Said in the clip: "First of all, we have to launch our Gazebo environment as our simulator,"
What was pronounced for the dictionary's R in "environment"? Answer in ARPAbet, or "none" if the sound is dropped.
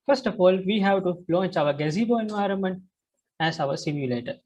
R